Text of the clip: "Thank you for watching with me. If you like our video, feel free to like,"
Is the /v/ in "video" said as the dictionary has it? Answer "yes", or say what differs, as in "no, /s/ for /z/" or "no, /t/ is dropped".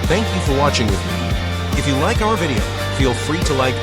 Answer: yes